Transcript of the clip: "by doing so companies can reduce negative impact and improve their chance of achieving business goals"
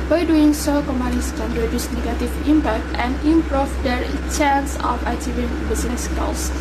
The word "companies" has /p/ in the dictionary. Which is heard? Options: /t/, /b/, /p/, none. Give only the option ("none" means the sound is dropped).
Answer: none